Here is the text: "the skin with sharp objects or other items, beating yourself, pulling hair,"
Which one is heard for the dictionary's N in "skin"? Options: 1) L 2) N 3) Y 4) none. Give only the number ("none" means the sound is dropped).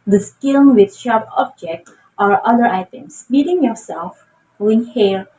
1